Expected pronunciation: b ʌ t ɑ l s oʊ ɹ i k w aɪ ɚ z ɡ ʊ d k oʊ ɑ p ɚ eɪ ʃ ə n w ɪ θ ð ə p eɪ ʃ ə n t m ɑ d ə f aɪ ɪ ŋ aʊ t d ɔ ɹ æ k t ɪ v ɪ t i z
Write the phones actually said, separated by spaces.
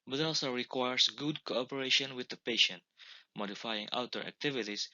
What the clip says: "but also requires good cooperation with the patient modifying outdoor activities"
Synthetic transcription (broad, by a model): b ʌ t ɑ l s oʊ ɹ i k w aɪ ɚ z ɡ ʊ d k oʊ ɑ p ɚ eɪ ʃ ə n w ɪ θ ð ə p eɪ ʃ ə n t m ɑ d ə f aɪ ɪ ŋ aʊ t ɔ ɹ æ k t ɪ v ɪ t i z